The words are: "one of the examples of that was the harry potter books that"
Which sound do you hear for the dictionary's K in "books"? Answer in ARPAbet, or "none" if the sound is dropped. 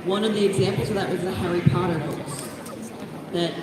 none